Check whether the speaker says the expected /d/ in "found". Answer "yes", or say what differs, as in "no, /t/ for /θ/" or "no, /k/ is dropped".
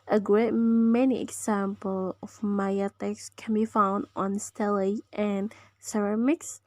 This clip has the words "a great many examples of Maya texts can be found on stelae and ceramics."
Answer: yes